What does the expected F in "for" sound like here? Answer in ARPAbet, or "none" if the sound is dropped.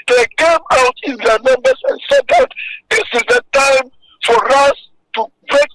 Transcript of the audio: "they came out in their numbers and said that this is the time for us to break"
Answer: F